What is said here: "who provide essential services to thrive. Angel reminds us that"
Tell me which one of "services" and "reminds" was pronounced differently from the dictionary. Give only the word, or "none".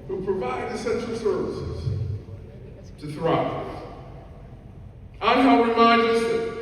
reminds